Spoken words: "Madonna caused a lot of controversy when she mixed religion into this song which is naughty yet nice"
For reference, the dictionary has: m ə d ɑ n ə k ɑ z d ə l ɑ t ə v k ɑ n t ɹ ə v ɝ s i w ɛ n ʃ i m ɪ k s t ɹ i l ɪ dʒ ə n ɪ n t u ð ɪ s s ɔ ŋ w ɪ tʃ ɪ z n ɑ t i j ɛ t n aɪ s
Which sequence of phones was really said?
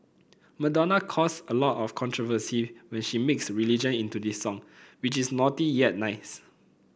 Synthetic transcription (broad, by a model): m ə d ɑ n ə k ɑ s ə l ɑ t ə f k ɑ n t ɹ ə v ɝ s i w ɛ n ʃ i m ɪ k s ɹ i l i dʒ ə n ɪ n t u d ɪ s s ɔ ŋ w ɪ tʃ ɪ s n ɑ t i j ɛ t n aɪ s